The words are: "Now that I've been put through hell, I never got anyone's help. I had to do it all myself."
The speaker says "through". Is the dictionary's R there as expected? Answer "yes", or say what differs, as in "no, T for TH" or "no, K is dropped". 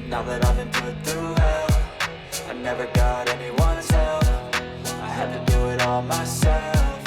no, R is dropped